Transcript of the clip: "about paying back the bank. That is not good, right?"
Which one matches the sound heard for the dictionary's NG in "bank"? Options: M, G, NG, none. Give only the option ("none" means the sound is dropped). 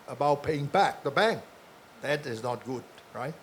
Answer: NG